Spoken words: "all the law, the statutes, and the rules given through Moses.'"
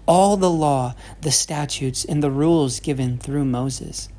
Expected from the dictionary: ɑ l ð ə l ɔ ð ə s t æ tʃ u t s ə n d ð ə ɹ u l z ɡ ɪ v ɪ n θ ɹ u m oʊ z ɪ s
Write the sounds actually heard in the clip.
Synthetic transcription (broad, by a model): ɑ l ð ə l ɔ ð ə s t æ tʃ u t s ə n ð ə ɹ u l z ɡ ɪ v ɪ n θ ɹ u m oʊ z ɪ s